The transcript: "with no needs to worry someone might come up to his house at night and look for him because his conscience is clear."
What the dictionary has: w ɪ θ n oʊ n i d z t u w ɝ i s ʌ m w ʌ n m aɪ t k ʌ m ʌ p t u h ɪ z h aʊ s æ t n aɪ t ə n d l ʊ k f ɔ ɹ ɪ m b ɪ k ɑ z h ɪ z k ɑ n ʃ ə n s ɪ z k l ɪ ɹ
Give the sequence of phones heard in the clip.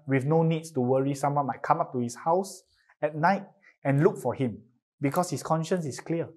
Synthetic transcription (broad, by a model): w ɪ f n oʊ n i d s t u w ɝ i s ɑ m w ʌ n m aɪ t k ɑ m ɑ p t u h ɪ s h aʊ s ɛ t n aɪ t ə n l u k f ɔ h ɪ m b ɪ k ɑ s h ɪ s k ɑ n ʃ ə n s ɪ s k l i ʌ